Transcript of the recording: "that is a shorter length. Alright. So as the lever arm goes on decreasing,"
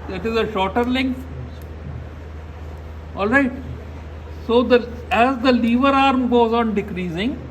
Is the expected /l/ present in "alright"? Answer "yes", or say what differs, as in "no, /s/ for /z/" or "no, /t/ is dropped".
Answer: yes